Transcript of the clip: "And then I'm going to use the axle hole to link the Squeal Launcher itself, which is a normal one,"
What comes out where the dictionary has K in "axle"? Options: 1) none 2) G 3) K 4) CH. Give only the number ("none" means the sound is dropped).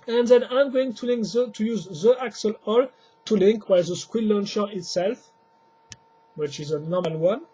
3